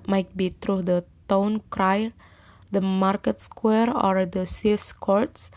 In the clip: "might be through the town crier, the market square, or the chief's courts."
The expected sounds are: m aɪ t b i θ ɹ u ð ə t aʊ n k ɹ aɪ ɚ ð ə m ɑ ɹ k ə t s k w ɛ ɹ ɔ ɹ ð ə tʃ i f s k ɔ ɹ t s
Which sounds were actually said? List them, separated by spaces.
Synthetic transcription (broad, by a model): m aɪ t b i t ɹ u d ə t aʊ n k ɹ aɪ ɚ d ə m ɑ ɹ k ə t s k w ɛ ɹ ɔ ɹ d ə s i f s k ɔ ɹ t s